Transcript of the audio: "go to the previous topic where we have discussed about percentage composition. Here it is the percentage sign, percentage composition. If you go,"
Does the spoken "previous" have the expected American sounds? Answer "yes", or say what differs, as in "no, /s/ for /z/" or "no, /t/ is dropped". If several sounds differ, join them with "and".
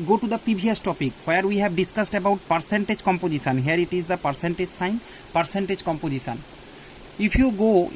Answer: no, /ɹ/ is dropped and /b/ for /v/